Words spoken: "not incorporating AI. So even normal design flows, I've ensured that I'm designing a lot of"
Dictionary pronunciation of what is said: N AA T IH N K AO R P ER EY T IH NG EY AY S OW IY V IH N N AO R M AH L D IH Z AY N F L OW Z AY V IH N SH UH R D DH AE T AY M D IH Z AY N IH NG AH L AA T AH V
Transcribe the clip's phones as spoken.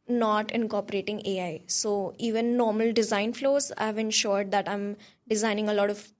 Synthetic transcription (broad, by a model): N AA T IH N K AO R P ER EY T IH NG EY AY S OW IY V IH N N AO R M AH L D IH Z AY N F L OW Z AY V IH N SH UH R D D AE T AY M D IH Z AY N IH NG AH L AA T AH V